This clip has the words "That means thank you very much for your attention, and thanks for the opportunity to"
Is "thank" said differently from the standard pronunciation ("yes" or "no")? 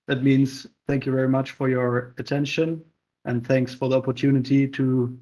no